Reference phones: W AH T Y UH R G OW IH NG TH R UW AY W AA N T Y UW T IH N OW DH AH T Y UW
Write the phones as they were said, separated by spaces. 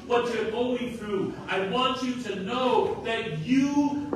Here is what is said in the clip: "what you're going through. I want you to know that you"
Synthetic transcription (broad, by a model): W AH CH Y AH R G OW IH NG TH R UW AY W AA N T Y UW T IH N OW DH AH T Y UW